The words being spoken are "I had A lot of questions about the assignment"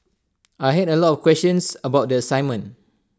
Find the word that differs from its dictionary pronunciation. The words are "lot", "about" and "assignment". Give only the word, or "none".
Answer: assignment